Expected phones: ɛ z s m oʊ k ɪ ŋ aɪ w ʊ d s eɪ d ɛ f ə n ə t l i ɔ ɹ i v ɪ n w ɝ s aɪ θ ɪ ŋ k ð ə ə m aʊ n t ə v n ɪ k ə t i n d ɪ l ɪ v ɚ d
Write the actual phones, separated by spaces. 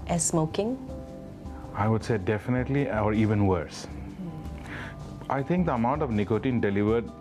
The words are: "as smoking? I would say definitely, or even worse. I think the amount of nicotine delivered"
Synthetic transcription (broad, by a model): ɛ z s m oʊ k ɪ ŋ aɪ w ʊ d s eɪ d ɛ f ə n ə t l i ɔ ɹ i v ɪ n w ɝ s aɪ t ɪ ŋ k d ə ə m aʊ n t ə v n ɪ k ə t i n d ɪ l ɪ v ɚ d